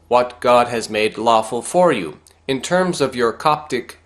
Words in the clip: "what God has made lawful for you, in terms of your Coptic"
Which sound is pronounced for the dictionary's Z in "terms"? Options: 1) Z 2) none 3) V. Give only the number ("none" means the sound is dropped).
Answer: 1